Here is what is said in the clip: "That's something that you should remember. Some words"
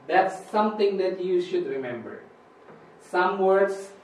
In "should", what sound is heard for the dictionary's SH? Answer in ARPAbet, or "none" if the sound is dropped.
SH